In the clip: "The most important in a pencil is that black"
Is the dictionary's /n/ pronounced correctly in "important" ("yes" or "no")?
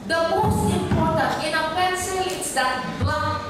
no